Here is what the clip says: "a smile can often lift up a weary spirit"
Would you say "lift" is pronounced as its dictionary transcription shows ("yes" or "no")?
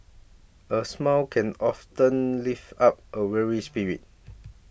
no